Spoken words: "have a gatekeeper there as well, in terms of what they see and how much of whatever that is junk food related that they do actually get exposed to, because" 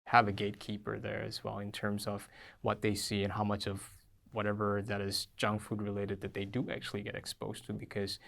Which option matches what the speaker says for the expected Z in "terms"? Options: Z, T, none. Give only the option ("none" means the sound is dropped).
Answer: Z